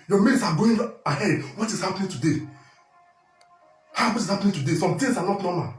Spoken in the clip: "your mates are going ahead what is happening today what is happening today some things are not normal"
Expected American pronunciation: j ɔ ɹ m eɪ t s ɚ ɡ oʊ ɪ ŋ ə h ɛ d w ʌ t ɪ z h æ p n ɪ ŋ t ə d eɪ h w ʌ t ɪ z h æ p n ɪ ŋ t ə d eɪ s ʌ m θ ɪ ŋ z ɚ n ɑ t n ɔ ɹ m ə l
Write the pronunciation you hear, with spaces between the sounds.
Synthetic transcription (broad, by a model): j ɔ m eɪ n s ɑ ɡ oʊ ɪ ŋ ə h ɛ d w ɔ t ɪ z h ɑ p n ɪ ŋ t ə d eɪ h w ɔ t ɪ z h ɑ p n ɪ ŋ t ə d eɪ s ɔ m t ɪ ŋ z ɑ n ɑ t n ɔ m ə l